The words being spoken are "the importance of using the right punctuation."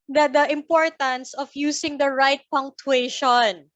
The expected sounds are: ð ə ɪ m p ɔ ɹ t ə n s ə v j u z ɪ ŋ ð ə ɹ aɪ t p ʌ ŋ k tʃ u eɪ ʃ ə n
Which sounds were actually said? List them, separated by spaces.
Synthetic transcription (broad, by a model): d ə ɪ m p ɔ ɹ t ə n s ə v j u s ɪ ŋ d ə ɹ aɪ t p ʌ ŋ k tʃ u eɪ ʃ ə n